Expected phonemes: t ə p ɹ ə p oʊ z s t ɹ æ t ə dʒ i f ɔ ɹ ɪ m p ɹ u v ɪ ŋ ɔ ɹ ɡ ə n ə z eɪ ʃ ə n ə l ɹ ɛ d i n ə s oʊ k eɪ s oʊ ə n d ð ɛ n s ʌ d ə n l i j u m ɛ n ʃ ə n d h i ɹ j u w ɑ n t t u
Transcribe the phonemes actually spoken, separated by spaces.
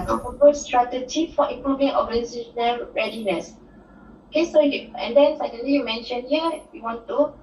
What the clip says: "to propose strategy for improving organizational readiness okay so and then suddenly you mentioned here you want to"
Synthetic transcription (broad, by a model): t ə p ə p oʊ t s t ɹ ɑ t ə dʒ i f ɔ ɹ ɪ m p ɹ u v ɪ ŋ ɔ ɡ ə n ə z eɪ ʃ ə n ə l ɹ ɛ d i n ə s oʊ k eɪ s oʊ ə n d ɛ n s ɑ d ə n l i j u m ɛ n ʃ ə n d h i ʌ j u w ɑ n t t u